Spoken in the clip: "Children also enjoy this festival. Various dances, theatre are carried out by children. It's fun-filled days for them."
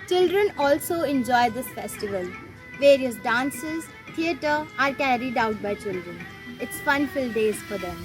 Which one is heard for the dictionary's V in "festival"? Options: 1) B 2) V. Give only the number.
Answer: 2